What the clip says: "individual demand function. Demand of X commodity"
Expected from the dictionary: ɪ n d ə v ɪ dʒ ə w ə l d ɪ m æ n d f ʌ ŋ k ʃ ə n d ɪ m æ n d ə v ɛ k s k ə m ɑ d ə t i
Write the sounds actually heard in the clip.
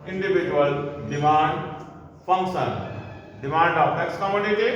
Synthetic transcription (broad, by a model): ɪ n d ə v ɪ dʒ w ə l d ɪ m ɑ n d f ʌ ŋ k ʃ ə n d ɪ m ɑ n d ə p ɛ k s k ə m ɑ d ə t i